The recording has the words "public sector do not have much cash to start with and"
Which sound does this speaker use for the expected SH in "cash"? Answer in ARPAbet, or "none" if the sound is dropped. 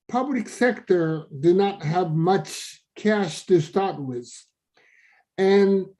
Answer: SH